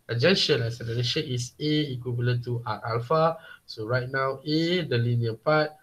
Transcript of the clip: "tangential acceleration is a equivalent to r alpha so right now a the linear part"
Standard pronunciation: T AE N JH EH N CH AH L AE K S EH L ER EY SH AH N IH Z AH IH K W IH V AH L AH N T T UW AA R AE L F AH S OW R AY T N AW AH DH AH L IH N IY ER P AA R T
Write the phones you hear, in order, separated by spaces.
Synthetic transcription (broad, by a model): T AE JH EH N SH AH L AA S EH N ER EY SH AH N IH S AH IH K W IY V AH L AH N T T UW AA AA L F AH S OW R AY T N AW AH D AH L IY N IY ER P AA T